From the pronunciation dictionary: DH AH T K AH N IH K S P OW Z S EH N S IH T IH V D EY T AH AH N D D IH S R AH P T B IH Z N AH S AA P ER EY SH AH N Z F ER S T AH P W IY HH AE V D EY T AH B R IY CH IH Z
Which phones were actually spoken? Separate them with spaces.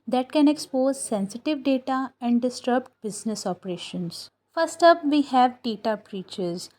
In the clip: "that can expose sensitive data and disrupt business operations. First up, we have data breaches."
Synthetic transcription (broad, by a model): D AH T K AH N IH K S P OW Z S EH N S IH T IH V D EY T AH AH N D D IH S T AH B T B IH Z N AH S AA P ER EY SH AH N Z F ER S T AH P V IY HH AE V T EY T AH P R IY CH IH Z